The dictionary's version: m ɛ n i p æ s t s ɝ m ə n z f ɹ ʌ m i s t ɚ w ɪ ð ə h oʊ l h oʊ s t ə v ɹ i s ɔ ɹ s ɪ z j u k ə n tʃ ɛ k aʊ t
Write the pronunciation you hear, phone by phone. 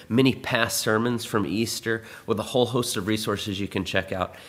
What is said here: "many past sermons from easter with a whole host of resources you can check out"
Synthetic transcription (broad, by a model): m ɛ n i p æ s s ɝ m ə n z f ɹ ʌ m i s t ɚ w ɪ ð ə h oʊ l h oʊ s t ə v ɹ i s ɔ ɹ s ɪ z j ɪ k ə n tʃ ɛ k aʊ t